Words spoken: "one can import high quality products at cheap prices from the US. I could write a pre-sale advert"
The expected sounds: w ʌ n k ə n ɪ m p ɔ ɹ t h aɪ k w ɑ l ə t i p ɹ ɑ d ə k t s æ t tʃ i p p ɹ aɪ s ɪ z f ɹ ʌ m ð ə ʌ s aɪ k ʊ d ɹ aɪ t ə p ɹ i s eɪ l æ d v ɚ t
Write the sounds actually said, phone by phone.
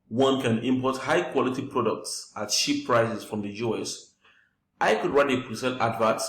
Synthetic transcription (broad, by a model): w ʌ n k ə n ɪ m p ɔ t h aɪ k w ɑ l ə t i p ɹ ɑ d ə k t s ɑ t ʃ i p p ɹ aɪ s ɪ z f ɹ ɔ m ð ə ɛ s aɪ k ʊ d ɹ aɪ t ə p ɹ i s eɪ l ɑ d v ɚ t